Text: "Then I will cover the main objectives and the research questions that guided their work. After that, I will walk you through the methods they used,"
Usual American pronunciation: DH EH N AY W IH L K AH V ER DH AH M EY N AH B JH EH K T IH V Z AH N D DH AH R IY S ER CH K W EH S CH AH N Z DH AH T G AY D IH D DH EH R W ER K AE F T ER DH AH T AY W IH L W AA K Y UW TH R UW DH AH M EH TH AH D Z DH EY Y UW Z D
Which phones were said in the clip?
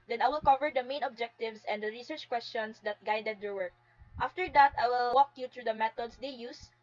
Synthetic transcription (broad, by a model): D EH N AY W IH L K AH V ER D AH M EY N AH B JH EH K T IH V S AH N D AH R IY S ER CH K W EH S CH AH N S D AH T G AY D IH D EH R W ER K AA F T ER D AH T AY W IH L W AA K Y UW T R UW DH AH M EH T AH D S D EY Y UW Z